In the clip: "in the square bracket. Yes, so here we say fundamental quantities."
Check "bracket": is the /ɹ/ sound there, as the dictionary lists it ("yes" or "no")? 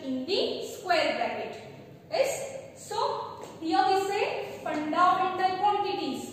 no